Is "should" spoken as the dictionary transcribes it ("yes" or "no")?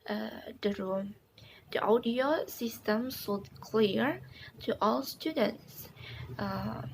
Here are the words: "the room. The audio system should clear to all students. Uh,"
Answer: no